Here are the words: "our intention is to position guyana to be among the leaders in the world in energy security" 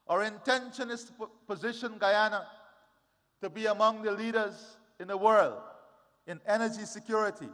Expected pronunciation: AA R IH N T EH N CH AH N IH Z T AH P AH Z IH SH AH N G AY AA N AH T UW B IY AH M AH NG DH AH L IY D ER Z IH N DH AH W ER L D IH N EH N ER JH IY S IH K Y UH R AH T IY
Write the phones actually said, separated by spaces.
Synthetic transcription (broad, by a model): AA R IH N T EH N SH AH N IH S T P AH Z IH SH AH N G AY AA N AH T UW B IY AH M AH NG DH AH L IY D ER Z IH N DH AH W ER L D IH N EH N ER JH IY S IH K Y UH R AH T IY